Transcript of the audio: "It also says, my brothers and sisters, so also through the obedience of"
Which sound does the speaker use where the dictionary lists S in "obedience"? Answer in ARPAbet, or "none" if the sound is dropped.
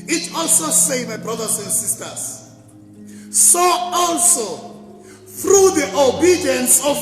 S